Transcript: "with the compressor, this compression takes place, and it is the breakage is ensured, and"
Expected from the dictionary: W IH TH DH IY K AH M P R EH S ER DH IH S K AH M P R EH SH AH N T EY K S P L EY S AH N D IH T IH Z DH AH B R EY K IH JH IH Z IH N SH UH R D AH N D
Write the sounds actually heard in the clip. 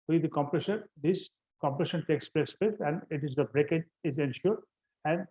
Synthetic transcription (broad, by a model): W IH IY K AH M P R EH SH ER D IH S K AH M P R EH SH AH N T EY K S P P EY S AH N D IH T IH Z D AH B R EY K IH JH IH Z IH N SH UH R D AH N D